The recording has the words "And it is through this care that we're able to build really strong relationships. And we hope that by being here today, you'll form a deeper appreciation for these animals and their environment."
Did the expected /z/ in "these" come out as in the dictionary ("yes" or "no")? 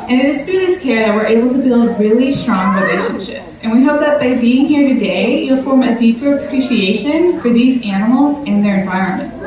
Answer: yes